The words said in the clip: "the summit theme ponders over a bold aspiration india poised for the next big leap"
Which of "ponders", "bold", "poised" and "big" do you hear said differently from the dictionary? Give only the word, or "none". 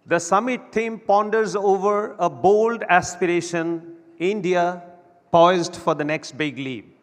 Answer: none